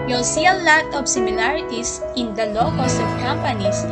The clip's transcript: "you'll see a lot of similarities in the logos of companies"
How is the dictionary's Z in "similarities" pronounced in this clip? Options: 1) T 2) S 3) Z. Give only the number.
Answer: 2